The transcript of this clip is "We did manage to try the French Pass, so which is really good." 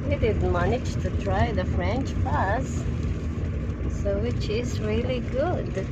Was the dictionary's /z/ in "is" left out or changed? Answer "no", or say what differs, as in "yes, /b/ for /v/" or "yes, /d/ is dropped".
no